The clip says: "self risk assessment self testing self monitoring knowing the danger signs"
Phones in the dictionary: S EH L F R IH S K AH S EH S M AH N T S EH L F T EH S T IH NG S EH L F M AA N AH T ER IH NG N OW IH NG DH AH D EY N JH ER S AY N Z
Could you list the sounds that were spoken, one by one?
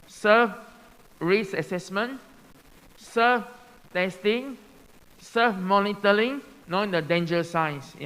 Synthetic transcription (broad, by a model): S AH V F R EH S AH S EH S M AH N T S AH F T EH S T IH NG S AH F M AA N AH T ER IH NG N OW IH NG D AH D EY N JH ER S AY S